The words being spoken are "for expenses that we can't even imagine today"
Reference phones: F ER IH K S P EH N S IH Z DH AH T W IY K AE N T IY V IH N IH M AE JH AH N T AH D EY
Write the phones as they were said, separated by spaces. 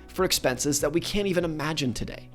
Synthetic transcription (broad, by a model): F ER IH K S P EH N S IH Z DH AH T W IY K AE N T IY V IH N IH M AE JH AH N T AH D EY